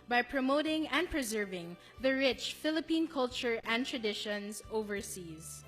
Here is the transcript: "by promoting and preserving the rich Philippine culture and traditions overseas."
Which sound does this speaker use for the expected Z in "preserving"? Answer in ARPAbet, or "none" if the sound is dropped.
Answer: Z